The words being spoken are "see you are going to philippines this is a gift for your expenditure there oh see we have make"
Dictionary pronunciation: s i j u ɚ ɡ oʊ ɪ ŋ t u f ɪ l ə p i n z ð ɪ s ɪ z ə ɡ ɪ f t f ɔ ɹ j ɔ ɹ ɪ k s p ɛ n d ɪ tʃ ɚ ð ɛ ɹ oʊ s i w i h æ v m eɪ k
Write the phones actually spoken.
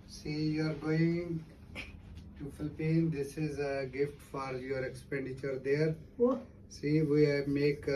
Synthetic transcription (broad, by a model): s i j u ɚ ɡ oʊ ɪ ŋ t u f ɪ l p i n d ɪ s ɪ z ə ɡ ɪ f t f ɔ ɹ j ɔ ɹ ɪ k s p ɛ n d ɪ tʃ ɚ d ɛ ɹ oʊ s i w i m eɪ k